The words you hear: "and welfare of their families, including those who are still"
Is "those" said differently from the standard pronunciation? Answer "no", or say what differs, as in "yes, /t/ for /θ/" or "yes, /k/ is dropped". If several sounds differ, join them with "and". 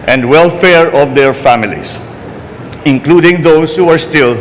yes, /s/ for /z/